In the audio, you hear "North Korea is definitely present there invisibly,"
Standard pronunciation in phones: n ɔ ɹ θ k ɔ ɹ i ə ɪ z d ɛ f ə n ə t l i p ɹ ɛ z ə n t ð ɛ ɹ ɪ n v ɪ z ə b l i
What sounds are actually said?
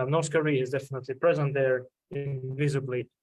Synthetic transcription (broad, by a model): n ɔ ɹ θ k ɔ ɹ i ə ɪ z d ɛ f ə n ə t l i p ɹ ɛ z ə n t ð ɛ ɹ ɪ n v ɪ z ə b l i